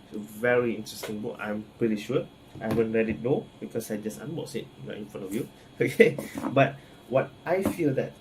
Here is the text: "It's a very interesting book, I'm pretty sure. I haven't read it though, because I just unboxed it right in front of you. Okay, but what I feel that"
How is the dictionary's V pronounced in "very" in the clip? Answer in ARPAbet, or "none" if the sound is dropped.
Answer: V